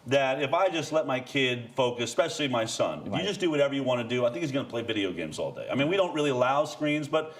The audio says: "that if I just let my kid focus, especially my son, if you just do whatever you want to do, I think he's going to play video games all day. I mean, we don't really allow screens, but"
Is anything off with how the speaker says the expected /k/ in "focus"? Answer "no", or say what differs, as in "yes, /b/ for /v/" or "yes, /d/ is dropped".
yes, /k/ is dropped